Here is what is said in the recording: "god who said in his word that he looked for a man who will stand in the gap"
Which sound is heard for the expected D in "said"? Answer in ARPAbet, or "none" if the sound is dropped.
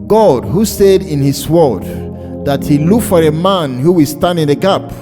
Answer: D